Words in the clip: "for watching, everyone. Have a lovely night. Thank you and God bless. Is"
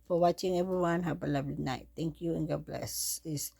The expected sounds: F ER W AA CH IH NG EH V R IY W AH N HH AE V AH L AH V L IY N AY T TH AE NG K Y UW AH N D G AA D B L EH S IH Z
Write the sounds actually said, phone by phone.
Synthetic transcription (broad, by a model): F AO W AA CH IH NG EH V R IY W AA N HH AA P AH L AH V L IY N AY T T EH NG K Y UW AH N G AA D B L EH S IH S